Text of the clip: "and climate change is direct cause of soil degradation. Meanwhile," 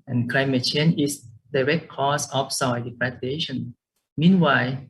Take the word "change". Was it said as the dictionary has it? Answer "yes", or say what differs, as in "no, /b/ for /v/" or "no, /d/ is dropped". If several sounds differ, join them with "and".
no, /dʒ/ is dropped